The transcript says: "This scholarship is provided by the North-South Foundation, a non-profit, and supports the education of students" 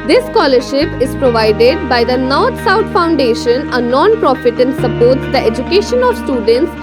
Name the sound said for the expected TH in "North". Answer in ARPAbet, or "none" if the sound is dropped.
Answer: T